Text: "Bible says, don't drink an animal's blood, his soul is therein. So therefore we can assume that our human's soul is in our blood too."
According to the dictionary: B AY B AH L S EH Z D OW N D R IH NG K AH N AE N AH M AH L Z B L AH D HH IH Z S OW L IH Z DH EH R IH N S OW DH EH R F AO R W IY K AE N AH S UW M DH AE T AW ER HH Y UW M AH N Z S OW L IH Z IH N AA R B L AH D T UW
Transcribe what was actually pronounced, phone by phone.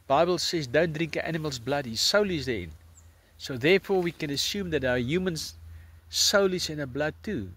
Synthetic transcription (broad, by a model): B AY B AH L S EH Z D OW N D R IH NG K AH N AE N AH M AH L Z B L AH D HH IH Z S OW L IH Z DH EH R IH N S OW DH EH R F AO R W IY K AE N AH S UW M DH AE T AW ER Y UW M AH N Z S OW L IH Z IH N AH B L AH D T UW